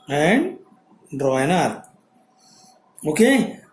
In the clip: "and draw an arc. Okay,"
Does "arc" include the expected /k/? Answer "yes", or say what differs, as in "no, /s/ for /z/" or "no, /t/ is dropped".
no, /k/ is dropped